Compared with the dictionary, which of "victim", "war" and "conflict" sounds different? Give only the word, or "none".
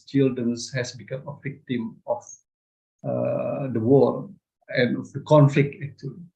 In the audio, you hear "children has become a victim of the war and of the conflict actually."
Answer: war